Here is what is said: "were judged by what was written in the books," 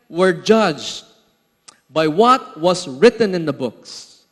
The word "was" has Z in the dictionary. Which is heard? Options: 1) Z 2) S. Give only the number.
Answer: 2